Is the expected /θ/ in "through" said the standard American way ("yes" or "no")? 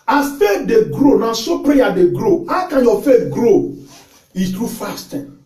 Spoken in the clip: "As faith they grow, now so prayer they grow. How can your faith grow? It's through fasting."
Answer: no